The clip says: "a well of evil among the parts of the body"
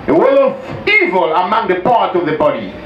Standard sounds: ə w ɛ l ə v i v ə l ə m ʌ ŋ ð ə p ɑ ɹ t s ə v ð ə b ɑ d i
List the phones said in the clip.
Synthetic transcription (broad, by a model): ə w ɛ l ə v i v ə l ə m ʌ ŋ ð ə p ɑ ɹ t ə v ð ə b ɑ d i